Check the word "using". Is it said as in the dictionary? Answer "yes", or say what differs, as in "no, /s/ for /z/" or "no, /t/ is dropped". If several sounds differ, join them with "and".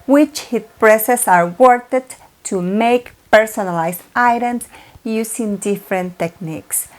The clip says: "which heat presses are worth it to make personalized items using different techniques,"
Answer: no, /s/ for /z/